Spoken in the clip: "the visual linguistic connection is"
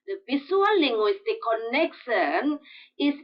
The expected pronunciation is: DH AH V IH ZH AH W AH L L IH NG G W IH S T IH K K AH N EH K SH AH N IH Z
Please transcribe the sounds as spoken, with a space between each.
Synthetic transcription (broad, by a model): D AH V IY S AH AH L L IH NG G W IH S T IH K K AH N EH K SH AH N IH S